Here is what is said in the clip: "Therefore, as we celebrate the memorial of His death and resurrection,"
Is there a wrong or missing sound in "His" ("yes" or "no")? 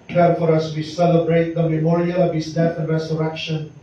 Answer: yes